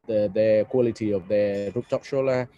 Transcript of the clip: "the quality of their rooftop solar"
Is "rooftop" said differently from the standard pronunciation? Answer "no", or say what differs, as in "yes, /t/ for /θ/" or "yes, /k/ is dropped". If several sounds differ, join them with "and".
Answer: yes, /p/ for /f/